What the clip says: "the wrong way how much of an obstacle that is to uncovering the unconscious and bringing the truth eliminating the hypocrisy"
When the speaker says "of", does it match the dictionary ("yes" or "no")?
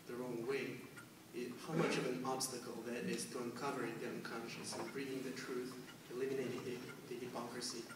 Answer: yes